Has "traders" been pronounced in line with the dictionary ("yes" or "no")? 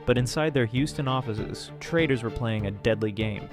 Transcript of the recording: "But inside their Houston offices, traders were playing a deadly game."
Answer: yes